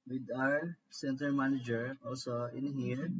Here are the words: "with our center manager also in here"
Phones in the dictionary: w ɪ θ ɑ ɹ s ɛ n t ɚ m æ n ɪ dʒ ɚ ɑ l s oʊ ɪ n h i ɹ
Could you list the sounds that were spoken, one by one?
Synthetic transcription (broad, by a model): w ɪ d ɑ ɹ s ɛ n t ɚ m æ n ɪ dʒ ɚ ɑ l s oʊ ɪ n h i ɹ